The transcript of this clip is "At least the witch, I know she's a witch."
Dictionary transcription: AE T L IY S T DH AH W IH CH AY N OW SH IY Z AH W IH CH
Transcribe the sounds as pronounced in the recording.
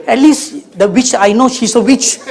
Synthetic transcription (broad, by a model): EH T L IY S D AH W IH CH AY N OW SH IY S AH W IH CH